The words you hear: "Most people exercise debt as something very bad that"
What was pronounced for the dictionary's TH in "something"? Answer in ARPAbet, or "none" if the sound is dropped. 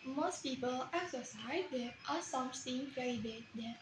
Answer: S